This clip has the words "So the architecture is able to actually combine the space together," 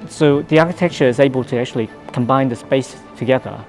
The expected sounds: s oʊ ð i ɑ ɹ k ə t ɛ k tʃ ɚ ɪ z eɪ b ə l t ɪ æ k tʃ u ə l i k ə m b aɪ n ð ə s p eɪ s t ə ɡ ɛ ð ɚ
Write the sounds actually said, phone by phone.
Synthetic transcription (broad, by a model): s oʊ ð i ɑ ɹ k ə t ɛ k tʃ ɚ ɪ z eɪ b ə l t ɪ æ k tʃ u ə l i k ə m b aɪ n ð ə s p eɪ s t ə ɡ ɛ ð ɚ